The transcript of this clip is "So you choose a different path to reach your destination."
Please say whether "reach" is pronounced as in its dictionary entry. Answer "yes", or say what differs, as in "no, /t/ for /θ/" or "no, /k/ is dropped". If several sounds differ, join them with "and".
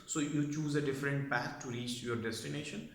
yes